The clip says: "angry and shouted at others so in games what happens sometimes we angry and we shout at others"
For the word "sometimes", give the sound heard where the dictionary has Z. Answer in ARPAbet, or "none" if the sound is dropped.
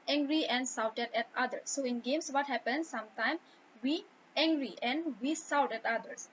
none